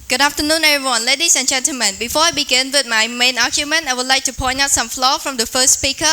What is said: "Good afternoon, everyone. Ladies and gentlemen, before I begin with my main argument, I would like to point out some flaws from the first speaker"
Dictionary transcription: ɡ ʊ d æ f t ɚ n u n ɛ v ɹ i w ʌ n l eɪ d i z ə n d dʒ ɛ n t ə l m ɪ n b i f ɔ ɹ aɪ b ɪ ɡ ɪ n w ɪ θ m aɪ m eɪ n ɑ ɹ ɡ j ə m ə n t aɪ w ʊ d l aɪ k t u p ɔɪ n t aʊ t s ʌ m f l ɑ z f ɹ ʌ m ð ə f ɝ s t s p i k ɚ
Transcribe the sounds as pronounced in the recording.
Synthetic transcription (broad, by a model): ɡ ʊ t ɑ p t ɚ n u n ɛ ɹ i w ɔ n l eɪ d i s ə n dʒ ɛ n t ə l m ɪ n b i f ɔ aɪ b ɪ ɡ ɪ n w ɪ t m aɪ m eɪ n ɑ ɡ j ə m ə n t aɪ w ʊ l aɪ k t u p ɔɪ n aʊ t s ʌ m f l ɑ f ɹ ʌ m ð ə f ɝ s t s p i k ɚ